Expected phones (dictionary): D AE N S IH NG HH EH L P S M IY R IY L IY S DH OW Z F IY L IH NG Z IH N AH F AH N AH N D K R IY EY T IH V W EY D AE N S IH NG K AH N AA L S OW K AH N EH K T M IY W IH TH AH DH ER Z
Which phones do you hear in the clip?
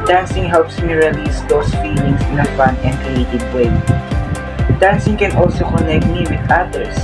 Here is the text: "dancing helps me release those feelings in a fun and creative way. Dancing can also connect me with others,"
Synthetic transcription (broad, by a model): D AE N S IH NG HH EH L P S M IY R IY L IY S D OW S F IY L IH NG S IH N AH F AH N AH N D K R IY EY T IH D W EY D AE N S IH NG K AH N AA L S OW K AH N EH K T M IY W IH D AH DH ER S